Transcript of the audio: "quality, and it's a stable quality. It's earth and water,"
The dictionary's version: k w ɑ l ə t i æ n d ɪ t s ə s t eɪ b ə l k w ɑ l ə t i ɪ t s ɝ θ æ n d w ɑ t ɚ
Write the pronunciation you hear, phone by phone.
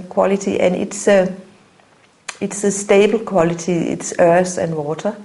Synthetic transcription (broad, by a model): k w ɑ l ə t i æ n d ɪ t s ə s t eɪ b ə l k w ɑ l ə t i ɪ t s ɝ s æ n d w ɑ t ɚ